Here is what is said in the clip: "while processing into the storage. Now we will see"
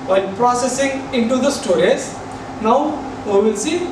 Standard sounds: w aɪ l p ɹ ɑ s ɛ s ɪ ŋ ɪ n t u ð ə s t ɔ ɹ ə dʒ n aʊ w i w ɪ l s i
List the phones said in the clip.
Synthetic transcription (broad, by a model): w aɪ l p ɹ ɑ s ɛ s ɪ ŋ ɪ n t u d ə s t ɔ ɹ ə z n aʊ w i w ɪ l s i